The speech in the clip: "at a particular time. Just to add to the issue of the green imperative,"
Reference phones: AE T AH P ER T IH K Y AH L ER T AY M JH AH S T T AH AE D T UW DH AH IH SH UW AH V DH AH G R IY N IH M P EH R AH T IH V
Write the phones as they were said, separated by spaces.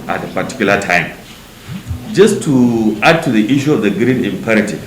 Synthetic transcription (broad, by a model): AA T AH P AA T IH K Y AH L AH T AY M JH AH S T T AH D T UW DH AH IH SH UW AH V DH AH G R IY N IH M P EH R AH T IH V